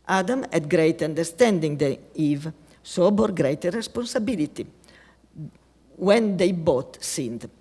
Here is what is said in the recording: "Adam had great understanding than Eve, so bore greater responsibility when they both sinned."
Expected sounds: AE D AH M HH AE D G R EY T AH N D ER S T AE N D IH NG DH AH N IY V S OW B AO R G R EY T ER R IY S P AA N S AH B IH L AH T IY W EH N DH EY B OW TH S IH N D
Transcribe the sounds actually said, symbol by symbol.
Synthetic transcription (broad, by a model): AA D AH M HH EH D G R EY T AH N D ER S T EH N D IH NG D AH IY V S OW B AO R G R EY T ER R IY S P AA N S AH B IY L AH T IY W EH N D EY B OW T S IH N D